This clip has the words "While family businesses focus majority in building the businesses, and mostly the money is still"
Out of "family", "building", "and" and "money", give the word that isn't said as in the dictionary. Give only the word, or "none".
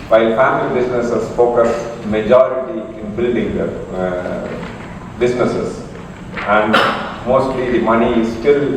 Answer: building